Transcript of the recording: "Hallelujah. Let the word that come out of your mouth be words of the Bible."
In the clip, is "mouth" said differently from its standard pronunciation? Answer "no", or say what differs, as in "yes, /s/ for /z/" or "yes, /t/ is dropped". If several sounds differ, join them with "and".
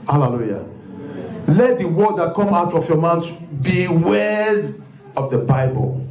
yes, /s/ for /θ/